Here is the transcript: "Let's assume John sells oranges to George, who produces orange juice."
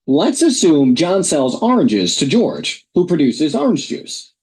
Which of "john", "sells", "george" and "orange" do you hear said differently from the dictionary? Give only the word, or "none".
none